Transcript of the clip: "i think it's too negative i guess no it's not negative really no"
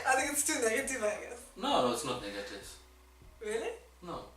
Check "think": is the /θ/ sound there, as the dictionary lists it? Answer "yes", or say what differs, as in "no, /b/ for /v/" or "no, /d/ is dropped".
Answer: no, /t/ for /θ/